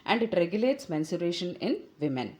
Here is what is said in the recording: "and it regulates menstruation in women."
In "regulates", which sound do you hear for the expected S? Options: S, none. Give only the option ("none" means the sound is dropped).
S